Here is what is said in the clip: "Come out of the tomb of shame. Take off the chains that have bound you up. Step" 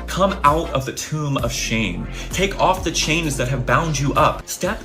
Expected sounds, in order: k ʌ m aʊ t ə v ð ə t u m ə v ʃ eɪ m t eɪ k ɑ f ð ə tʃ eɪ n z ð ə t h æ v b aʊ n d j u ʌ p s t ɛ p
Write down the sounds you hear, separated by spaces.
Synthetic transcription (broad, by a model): k ʌ m aʊ t ə v ð ə t u m ə v ʃ eɪ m t eɪ k ɑ f ð ə tʃ eɪ n z ð ə t h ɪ v b aʊ n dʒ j ʌ p s t ɛ p